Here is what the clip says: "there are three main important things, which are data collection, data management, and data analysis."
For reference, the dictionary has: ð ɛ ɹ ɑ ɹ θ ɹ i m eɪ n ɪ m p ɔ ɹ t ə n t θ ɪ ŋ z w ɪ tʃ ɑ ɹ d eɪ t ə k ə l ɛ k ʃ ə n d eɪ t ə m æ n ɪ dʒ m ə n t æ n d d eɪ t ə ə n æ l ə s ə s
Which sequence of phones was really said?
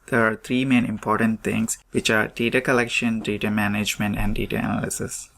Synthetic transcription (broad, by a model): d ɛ ɹ ɑ ɹ t ɹ i m eɪ n ɪ m p ɔ ɹ t ə n t t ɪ ŋ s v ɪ tʃ ɑ ɹ d eɪ t ə k ə l ɛ k ʃ ə n d eɪ t ə m æ n ɪ dʒ m ə n t æ n d d eɪ t ə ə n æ l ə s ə s